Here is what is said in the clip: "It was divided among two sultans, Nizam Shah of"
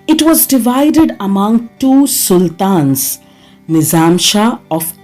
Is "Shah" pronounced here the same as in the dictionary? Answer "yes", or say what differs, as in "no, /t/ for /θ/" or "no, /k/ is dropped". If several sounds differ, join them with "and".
yes